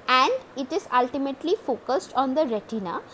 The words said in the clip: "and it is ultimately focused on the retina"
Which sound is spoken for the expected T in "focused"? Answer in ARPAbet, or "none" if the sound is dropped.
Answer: T